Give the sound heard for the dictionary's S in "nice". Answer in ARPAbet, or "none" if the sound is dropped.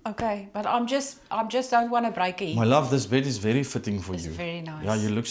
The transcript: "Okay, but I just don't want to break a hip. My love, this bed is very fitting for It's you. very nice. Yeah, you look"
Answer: none